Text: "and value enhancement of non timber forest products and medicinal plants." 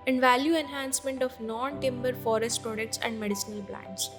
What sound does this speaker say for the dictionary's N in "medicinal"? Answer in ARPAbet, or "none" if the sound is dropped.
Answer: none